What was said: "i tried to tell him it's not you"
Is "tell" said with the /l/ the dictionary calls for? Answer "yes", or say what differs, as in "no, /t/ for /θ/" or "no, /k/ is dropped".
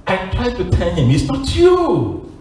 no, /n/ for /l/